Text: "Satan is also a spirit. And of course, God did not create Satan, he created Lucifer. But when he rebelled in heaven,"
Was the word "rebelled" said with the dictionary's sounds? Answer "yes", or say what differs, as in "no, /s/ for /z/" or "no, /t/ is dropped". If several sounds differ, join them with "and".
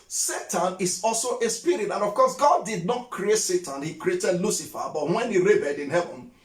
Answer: no, /l/ is dropped